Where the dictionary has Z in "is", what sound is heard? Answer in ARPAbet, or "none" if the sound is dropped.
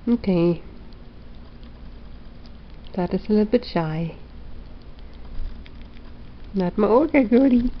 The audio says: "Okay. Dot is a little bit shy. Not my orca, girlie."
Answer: S